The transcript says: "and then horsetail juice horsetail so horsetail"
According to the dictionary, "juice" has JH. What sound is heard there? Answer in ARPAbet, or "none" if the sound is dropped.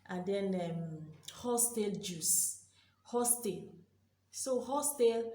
JH